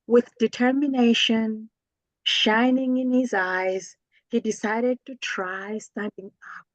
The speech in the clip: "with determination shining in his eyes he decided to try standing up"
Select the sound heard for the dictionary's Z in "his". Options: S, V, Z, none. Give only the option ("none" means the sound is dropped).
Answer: Z